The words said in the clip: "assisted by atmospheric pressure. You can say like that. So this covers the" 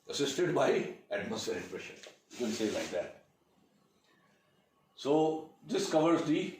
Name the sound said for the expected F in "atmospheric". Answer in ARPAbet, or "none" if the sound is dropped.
none